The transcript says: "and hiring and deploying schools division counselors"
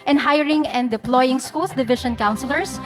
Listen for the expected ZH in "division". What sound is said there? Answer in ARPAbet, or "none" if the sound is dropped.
SH